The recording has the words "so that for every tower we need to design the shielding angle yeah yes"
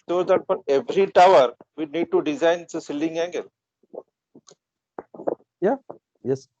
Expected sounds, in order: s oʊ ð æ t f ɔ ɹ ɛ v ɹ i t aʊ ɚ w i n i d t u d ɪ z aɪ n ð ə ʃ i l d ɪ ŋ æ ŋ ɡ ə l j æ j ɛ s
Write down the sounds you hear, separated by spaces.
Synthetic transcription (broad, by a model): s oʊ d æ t f ɔ ɹ ɛ v ɹ i t aʊ ɚ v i n i d t u d ɪ z aɪ n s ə s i l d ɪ ŋ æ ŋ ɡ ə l j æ j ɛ s